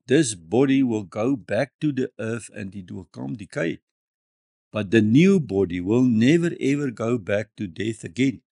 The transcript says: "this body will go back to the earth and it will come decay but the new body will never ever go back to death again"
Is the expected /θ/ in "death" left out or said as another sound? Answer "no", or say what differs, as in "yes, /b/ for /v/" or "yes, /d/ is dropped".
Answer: no